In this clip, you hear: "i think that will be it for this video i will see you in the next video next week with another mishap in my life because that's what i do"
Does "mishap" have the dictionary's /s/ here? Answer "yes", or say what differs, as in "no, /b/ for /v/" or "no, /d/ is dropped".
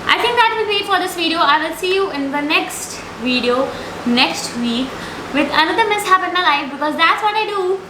yes